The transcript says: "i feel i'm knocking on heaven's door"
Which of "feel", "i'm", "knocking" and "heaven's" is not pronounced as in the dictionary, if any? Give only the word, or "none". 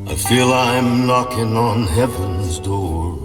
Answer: none